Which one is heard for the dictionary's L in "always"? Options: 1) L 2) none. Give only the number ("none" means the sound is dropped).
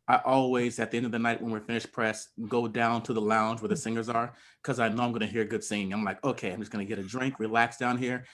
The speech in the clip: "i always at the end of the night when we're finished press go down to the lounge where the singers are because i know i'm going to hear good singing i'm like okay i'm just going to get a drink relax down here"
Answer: 1